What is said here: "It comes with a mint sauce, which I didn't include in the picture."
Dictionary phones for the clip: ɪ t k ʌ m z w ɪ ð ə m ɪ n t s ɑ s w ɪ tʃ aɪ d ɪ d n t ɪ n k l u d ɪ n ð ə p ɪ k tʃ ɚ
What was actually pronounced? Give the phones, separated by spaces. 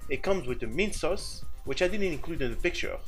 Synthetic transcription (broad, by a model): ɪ t k ʌ m z w ɪ ð ə m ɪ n s ɑ s w ɪ tʃ aɪ d ɪ d n t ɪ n k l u d ɪ n ð ə p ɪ k tʃ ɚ